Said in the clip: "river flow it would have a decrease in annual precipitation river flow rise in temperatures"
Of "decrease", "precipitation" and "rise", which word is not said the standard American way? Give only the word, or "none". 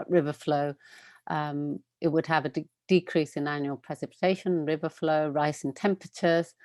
rise